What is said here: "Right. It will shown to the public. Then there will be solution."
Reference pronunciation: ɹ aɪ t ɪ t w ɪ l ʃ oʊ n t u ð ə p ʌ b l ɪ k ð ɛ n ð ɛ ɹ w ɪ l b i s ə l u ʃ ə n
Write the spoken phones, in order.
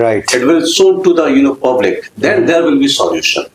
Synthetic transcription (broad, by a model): ɹ aɪ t ɪ t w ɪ l s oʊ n t u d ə p ʌ b l ɪ k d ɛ n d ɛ ɹ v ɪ l b i s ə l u ʃ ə n